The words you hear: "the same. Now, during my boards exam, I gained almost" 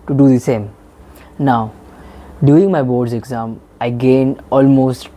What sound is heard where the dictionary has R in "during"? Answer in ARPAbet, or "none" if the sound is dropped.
none